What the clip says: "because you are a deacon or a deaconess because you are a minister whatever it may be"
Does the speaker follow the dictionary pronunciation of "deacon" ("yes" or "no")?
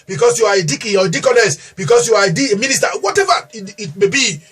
no